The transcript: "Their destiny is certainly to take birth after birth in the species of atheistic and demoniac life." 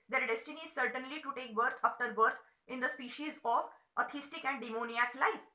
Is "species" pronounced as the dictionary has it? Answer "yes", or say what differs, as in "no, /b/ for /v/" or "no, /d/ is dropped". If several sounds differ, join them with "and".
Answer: yes